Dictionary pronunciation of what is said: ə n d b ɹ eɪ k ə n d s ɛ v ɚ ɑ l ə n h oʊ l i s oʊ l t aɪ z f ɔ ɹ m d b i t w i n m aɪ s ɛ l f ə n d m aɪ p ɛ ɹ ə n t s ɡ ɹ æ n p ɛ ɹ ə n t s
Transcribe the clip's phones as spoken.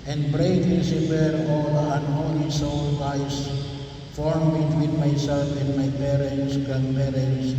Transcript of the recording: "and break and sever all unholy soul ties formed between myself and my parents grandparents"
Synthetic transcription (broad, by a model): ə n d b ɹ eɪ ə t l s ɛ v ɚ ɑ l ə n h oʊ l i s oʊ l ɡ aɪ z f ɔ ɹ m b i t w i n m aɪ s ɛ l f ə n d m aɪ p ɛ ɹ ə n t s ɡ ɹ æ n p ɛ ɹ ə n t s